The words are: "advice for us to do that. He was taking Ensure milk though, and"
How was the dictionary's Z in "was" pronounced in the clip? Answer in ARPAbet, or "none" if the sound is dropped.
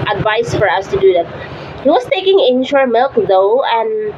S